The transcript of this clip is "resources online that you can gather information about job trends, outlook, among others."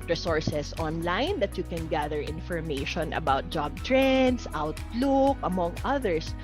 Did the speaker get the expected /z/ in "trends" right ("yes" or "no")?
no